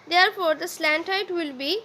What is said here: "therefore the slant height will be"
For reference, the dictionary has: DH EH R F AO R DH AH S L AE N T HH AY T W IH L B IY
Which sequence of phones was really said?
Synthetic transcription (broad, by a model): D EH R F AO R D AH S L AE N T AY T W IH L B IY